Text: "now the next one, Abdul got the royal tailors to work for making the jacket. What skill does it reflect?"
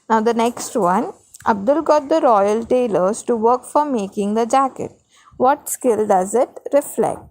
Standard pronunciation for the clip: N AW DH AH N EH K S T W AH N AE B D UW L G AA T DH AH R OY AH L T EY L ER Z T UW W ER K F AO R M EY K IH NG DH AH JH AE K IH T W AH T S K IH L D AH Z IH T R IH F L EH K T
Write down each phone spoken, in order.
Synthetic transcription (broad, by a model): N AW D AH N EH K S T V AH N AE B D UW L G AA T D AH R OY AH L T EY L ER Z T UW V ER K F AO R M EY K IH NG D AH JH AE K IH T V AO T S K IH L D AH Z IH T R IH F L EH K T